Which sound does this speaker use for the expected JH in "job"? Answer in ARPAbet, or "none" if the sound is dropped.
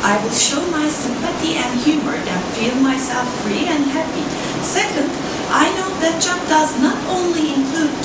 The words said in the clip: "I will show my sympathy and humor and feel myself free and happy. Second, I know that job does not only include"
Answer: CH